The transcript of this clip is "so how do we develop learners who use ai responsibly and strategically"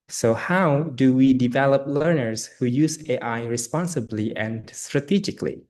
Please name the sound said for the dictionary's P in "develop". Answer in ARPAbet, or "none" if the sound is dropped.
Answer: P